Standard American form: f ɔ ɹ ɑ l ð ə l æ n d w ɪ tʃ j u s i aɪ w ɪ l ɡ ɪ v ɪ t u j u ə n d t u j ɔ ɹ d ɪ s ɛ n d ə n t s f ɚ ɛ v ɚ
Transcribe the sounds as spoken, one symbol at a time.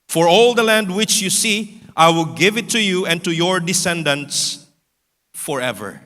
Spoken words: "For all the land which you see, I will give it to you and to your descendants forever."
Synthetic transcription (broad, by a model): f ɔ ɹ ɑ l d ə l æ n d w ɪ tʃ j u s i aɪ w ɪ l ɡ ɪ v ɪ t u j u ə n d t u j ɔ ɹ d ɪ s ɛ n d ə n t s f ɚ ɛ v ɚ